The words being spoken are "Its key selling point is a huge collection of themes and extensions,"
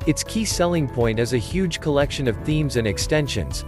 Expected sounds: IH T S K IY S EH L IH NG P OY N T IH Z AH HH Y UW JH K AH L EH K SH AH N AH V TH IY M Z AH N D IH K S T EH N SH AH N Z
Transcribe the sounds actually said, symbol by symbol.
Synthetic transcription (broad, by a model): IH T S K IY S EH L IH NG P OY N T IH Z AH HH Y UW JH K AH L EH K SH AH N AH V TH IY M Z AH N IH K S T EH N SH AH N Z